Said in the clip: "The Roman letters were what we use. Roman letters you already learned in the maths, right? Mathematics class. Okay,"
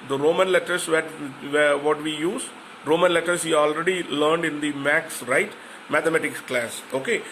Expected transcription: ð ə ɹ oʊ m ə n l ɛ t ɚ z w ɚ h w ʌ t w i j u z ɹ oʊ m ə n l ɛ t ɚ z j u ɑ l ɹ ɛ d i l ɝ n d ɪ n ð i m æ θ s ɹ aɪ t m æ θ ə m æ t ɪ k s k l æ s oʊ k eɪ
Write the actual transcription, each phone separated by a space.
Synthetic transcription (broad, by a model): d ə ɹ oʊ m ə n l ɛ t ɚ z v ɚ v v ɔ t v i j u z ɹ oʊ m ə n l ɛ t ɚ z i ɑ l ɹ ɛ d i l ɝ n d ɪ n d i m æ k s ɹ aɪ t m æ t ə m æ t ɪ k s k l æ s oʊ k eɪ